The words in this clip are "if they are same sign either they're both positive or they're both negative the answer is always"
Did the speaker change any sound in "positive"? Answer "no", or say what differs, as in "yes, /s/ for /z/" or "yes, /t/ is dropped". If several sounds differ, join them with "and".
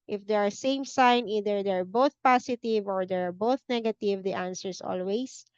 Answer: yes, /s/ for /z/